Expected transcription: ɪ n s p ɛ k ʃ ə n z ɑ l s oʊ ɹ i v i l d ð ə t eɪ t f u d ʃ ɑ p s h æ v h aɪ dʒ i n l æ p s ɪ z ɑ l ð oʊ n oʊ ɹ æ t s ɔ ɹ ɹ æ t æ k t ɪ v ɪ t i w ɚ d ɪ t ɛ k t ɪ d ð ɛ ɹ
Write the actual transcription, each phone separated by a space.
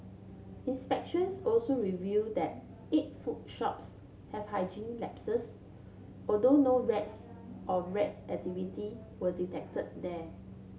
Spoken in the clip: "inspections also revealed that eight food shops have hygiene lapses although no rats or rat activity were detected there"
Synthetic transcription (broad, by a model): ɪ n s p ɛ k ʃ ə n s ɑ l s oʊ ɹ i v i d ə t eɪ t f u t ʃ ɑ p s h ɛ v h aɪ dʒ i n l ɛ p s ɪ s ɑ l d oʊ n oʊ ɹ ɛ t s ɔ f ɹ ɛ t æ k t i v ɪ t i w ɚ d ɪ t ɛ k t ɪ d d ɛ